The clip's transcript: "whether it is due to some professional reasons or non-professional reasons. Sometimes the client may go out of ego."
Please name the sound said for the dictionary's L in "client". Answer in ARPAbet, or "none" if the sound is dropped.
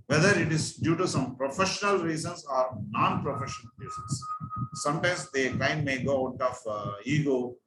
none